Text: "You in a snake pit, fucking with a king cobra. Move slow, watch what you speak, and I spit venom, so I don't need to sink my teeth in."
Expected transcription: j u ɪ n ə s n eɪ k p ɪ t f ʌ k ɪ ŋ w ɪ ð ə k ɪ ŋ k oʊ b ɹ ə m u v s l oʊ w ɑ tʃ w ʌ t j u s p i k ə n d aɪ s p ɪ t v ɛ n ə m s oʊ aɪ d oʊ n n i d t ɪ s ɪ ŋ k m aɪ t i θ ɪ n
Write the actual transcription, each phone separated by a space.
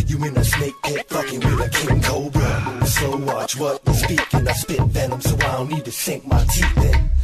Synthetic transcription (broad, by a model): j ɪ ɪ n ə s n eɪ k b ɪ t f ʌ k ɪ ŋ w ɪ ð ə k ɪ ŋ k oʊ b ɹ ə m s oʊ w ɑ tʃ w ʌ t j s p i k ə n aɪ s p ɪ t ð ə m s oʊ aɪ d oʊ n n i d t ɪ s ɪ ŋ k m aɪ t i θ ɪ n